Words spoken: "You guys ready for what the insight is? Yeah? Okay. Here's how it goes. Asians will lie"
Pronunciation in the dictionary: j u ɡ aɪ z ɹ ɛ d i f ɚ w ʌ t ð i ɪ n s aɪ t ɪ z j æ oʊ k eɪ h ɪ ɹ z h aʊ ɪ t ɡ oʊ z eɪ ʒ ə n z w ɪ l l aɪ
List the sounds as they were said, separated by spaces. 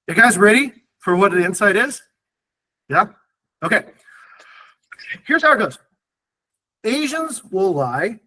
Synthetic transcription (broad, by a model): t ɡ aɪ z ɹ ɛ d i f ɚ w ʌ t ð i ɪ n s aɪ t ɪ z j æ oʊ k eɪ h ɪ ɹ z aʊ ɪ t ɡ oʊ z eɪ ʒ ə n z w ɪ l l aɪ